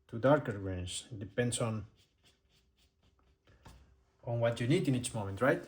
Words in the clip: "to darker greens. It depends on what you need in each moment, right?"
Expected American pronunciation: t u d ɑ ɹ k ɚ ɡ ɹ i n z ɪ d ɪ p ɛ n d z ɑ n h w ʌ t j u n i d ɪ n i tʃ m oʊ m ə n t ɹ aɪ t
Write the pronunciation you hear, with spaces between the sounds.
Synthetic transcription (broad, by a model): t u d ɑ ɹ k ɚ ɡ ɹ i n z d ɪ p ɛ n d s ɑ n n w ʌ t j u n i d ɪ n i tʃ m oʊ m ə n t ɹ aɪ t